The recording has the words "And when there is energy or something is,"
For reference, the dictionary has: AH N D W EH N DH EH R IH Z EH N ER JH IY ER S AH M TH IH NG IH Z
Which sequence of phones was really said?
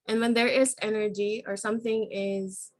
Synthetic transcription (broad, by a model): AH N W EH N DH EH R IH Z EH N ER JH IY ER S AH M TH IH NG IH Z